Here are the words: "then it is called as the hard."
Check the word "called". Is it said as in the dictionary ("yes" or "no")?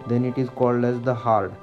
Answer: yes